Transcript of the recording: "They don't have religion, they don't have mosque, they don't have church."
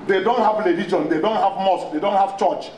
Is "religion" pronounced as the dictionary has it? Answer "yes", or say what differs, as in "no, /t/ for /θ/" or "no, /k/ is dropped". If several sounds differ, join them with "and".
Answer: no, /l/ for /ɹ/